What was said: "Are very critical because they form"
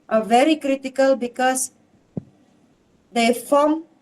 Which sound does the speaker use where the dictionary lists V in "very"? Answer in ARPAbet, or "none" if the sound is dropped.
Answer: V